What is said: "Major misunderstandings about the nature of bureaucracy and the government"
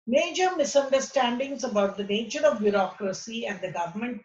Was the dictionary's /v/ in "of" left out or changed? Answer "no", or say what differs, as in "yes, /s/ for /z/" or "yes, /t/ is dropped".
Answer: no